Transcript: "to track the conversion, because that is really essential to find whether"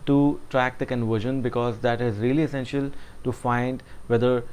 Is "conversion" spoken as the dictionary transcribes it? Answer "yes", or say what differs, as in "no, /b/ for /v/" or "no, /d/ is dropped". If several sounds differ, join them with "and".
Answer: yes